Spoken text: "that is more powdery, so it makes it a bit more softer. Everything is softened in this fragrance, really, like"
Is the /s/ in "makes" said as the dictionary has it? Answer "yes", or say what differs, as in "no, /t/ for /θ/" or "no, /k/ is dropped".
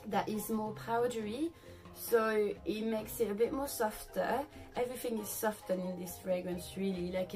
yes